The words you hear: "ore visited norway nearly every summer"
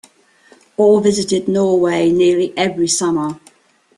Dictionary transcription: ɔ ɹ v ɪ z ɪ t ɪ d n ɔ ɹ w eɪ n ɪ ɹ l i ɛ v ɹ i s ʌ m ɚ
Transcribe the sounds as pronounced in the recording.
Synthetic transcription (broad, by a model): ɔ l v ɪ z ɪ t ɪ d n ɔ w eɪ n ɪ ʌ l i ɛ v ɹ i s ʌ m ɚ